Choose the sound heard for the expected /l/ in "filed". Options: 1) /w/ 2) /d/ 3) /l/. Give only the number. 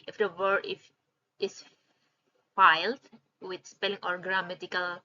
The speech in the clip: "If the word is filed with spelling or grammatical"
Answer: 3